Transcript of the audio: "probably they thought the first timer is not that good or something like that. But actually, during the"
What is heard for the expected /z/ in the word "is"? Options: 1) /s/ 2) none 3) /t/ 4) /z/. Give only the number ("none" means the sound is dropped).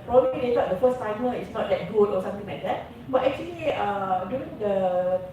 1